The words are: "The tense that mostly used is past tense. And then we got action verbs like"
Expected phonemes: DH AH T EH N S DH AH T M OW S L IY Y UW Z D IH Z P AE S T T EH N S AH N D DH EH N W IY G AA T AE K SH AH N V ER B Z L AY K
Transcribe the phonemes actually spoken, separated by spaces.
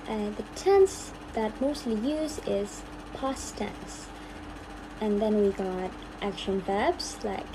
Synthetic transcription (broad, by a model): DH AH T EH N S DH AH T M OW S L IY Y UW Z IH Z P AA S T T EH N S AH N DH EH N W IY G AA T AE K SH AH N V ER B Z L AY K